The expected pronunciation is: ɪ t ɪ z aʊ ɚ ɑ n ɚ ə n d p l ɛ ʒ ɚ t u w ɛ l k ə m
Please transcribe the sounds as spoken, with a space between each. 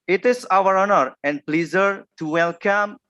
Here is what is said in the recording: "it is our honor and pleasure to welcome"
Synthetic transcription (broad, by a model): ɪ t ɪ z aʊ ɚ ɑ n ɚ ə n d p l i z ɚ t u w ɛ l k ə m